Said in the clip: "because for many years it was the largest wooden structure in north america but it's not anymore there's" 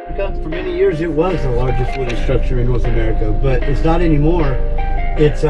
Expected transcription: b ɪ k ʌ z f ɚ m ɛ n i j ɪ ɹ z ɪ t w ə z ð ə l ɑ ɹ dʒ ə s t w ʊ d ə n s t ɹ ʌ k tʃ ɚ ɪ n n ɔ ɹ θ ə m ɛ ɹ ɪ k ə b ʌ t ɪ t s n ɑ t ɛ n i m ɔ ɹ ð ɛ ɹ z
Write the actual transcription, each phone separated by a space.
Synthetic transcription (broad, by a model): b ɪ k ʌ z f ɚ m ɛ n i j ɪ ɹ z ɪ t w ə z ð ə l ɑ ɹ dʒ ə s t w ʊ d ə s t ɹ ʌ k tʃ ɚ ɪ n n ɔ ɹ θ ə m ɛ ɹ ɪ k ə b ʌ t ɪ t s n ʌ t ɛ n i m ɔ ɹ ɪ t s